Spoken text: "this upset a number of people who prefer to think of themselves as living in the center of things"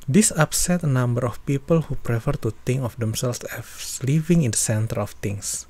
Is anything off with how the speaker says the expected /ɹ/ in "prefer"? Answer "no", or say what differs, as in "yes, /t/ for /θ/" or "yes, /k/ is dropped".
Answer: no